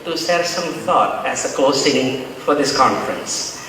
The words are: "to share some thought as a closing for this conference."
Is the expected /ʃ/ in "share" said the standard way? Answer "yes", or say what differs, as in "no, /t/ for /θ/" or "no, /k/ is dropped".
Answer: no, /s/ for /ʃ/